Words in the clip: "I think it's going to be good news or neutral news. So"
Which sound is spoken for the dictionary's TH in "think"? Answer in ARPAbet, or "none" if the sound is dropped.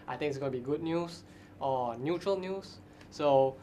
T